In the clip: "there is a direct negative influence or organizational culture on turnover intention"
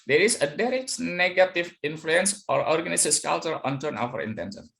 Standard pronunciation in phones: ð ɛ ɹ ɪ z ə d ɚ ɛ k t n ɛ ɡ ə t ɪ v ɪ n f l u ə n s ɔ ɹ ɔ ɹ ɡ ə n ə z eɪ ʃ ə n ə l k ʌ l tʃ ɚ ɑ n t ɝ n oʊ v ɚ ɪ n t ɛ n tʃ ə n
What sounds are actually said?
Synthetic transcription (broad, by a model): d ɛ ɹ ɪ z ə d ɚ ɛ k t n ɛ ɡ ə t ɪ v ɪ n f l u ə n s ɔ ɹ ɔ ɹ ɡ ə n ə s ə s k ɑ l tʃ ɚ ɑ n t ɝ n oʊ f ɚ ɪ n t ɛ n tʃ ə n